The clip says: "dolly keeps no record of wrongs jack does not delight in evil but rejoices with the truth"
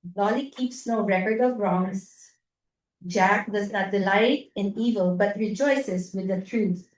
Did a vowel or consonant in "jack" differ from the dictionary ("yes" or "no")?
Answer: no